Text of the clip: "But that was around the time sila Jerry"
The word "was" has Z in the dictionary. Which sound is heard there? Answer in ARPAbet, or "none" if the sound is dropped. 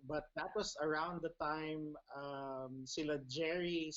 S